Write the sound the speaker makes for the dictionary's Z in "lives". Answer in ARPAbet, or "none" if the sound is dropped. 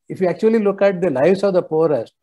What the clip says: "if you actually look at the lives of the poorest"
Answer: S